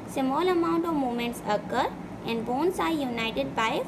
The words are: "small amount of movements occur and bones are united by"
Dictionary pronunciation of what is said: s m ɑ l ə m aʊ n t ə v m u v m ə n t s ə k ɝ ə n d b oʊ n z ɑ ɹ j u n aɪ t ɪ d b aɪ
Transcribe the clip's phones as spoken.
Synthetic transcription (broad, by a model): s m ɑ l ə m aʊ n t ə v m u m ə n t s ə k ɝ ə n d b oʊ n s ɑ ɹ j u n aɪ t ɪ d b aɪ